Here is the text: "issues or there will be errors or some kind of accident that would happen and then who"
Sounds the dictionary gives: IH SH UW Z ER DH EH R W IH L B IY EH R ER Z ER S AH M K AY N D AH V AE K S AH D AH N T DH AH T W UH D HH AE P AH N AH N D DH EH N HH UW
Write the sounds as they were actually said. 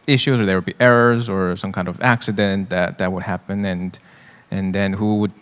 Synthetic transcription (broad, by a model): IH SH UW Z ER DH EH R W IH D B IY EH R ER Z ER S AH M K AY N D AH V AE K S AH D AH N T DH AH T W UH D HH AE P AH N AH N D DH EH N HH UW